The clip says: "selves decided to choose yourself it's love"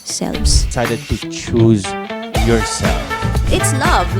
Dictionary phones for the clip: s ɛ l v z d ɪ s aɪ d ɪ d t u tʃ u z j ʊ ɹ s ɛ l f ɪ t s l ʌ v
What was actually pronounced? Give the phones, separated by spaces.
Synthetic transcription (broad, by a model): s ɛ l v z s aɪ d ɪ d t u tʃ u z j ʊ ɹ s ɛ l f ɪ t s l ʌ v